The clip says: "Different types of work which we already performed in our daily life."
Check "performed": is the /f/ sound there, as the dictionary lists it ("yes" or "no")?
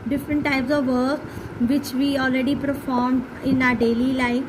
yes